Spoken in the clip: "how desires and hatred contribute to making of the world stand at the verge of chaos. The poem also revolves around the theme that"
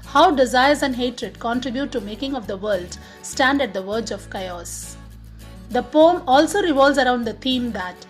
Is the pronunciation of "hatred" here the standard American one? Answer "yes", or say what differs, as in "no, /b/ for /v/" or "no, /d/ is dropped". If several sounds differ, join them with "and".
yes